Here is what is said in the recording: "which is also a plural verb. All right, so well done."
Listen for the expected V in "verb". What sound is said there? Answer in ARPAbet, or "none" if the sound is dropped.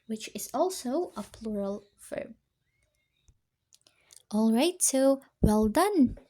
F